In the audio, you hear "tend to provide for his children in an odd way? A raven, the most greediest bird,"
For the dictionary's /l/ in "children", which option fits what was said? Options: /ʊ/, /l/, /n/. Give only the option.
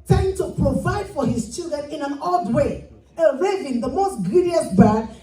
/l/